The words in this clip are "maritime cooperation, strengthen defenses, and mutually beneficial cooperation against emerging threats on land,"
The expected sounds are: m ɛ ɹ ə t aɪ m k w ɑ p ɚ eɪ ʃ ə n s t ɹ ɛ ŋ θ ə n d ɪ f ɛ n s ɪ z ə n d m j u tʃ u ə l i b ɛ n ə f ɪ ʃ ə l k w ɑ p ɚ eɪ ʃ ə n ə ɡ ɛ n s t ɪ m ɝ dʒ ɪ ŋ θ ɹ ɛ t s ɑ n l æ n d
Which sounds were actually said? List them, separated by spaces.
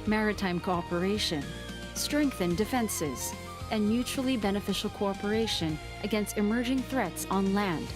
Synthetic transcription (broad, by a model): m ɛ ɹ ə t aɪ m k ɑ p ɚ eɪ ʃ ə n s t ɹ ɛ ŋ θ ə n d ɪ f ɛ n s ɪ z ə n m j u tʃ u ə l i b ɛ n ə f ɪ ʃ l k ɑ p ɚ eɪ ʃ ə n ə ɡ ɛ n s t ɪ m ɝ dʒ ɪ ŋ θ ɹ ɛ t s n l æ n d